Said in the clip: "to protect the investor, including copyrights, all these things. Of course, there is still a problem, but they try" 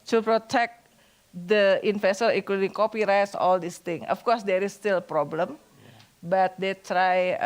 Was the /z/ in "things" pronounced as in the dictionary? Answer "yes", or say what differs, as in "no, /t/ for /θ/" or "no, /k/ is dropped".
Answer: no, /z/ is dropped